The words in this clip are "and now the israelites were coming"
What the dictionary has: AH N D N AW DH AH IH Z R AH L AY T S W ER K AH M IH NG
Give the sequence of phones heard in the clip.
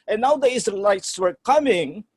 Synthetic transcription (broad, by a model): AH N N AW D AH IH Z AH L AY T S W ER K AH M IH NG